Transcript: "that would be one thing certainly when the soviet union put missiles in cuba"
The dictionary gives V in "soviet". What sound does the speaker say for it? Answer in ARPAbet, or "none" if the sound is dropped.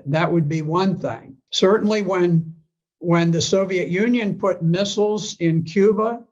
V